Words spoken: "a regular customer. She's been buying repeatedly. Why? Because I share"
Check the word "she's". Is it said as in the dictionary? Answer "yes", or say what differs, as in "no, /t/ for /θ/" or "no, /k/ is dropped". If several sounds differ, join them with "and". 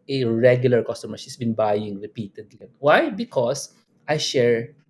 no, /s/ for /z/